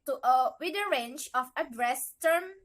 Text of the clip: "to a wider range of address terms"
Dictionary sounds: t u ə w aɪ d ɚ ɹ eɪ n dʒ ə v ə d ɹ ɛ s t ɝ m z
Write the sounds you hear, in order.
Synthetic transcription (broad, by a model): t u ə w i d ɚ ɹ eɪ n tʃ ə f ə d ɹ ɛ s t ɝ m